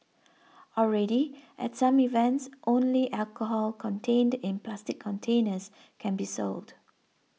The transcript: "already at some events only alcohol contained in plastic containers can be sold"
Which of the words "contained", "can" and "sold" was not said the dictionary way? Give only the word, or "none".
none